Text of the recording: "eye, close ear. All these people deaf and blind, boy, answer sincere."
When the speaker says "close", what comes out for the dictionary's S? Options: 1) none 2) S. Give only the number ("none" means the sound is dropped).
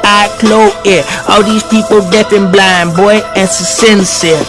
1